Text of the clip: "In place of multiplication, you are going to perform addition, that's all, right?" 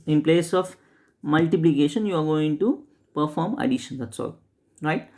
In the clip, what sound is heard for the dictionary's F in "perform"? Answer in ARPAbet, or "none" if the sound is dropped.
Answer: F